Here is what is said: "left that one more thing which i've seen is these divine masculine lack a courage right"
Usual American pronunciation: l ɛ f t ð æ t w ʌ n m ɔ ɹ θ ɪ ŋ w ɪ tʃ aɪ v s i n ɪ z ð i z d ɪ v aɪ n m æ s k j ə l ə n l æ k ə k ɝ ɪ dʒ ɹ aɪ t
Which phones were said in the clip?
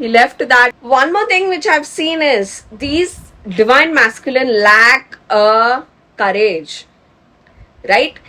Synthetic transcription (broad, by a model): l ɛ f t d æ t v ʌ n m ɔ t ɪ ŋ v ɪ tʃ aɪ v s i n ɪ z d i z d ɪ v aɪ n m æ s k j ə l ə n l æ k ə k ɝ ɪ dʒ ɹ aɪ t